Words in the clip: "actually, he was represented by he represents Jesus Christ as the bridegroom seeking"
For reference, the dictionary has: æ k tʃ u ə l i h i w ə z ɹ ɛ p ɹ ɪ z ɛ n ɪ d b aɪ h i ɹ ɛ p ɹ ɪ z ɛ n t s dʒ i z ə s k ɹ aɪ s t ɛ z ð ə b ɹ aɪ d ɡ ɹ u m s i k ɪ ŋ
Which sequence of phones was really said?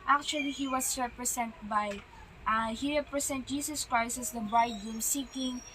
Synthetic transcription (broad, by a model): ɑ k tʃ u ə l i h i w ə s ɹ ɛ p ɹ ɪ s ɛ n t b aɪ h i ɹ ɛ p ɹ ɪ s ɛ n t dʒ i s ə s k ɹ aɪ s t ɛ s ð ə b ɹ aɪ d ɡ ɛ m s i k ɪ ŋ